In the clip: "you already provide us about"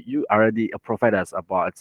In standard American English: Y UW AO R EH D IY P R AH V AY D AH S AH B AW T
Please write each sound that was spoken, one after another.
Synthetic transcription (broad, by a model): Y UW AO R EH D IY P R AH F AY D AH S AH B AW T